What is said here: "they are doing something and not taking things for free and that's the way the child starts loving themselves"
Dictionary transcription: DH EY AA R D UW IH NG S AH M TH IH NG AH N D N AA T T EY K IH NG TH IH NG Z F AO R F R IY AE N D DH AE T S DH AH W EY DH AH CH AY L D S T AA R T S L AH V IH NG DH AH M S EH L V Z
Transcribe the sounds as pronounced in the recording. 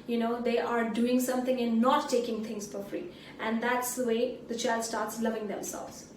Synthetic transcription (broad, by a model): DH EY AA R D UW IH NG S AH M T IH NG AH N N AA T T EY K IH NG T IH NG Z F AO R F R IY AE N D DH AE T S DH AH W EY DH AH CH AY L D S T AA R T S L AH V IH NG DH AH M S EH L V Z